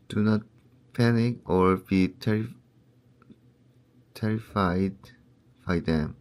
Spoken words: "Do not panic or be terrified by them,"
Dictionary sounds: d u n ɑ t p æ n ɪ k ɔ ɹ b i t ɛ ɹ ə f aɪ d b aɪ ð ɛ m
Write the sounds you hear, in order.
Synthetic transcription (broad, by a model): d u n ɑ t p æ n ɪ k ɔ ɹ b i t ɛ ɹ ə f aɪ d b aɪ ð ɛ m